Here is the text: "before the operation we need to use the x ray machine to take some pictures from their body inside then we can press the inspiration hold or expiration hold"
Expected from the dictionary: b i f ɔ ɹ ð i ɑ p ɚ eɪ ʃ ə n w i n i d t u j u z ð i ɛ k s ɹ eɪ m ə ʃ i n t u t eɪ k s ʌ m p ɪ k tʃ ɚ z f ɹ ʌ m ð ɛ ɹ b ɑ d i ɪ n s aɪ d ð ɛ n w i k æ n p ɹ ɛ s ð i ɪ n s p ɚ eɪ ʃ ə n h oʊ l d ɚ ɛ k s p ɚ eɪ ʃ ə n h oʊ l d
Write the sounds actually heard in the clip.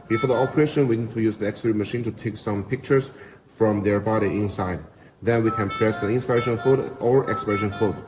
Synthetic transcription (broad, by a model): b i f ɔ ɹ ð i ɑ p ɚ eɪ ʃ ə n w i n i d t u j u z ð i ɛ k s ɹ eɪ m ə ʃ i n t u t eɪ k s ʌ m p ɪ k tʃ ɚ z f ɹ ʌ m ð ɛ ɹ b ɑ d i ɪ n s aɪ d ð ɛ n w i k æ n p ɹ ɛ s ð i ɪ n s p ɚ eɪ ʃ ə n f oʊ d ɚ ɛ k s p ɚ eɪ ʃ ə n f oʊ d